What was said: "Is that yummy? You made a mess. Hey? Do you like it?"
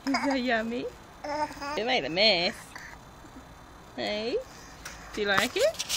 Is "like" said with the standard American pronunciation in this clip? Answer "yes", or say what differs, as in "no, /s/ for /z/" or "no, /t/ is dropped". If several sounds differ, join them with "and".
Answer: yes